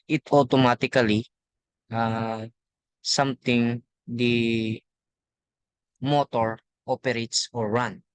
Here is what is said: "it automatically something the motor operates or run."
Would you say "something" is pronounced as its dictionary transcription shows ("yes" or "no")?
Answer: no